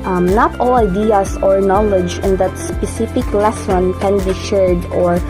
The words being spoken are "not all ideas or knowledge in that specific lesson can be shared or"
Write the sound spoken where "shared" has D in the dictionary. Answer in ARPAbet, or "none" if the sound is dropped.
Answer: D